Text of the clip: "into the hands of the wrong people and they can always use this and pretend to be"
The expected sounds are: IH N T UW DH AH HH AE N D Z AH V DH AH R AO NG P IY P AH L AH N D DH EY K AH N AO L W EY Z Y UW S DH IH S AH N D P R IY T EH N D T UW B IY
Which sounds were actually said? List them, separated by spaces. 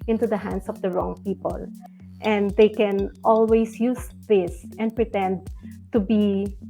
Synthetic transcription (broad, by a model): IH N T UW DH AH HH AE N D S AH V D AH R AO NG P IY P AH L AH N D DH EY K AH N AO L W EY S Y UW S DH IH S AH N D P R IY T EH N D T UW B IY